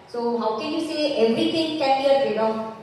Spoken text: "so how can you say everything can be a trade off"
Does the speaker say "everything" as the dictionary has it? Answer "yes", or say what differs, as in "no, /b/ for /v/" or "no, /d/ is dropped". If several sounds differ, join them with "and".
no, /t/ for /θ/